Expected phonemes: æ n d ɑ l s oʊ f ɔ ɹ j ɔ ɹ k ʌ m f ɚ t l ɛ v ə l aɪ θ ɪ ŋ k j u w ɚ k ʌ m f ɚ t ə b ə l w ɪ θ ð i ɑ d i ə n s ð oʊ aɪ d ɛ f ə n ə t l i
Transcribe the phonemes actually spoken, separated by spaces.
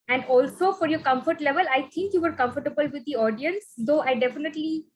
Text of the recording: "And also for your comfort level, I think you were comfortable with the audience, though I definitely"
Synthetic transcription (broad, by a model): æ n d ɑ l s oʊ f ɔ ɹ j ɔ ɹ k ʌ m f ɚ t l ɛ v ə l aɪ t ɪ ŋ k j u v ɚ k ʌ m f ɚ t ə b ə l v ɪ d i ɑ d i ə n s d oʊ aɪ d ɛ f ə n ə t l i